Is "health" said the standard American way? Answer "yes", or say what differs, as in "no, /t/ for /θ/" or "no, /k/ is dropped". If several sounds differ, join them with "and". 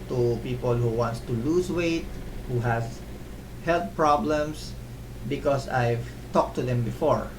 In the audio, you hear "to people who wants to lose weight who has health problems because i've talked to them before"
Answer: no, /t/ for /θ/